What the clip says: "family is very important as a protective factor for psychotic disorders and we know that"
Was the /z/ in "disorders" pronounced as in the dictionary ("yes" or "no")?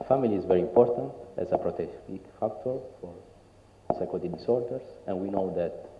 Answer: no